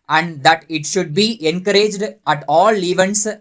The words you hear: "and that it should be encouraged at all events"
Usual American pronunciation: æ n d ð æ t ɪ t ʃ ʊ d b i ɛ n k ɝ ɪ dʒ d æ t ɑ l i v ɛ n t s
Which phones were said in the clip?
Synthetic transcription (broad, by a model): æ n d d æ t ɪ t ʃ ʊ d b i ɛ n k ɝ ɪ dʒ d æ t ɑ l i v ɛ n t s